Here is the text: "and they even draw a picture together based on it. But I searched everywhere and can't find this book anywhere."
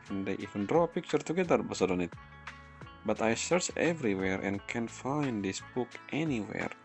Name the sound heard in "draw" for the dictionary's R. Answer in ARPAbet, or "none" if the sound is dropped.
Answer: R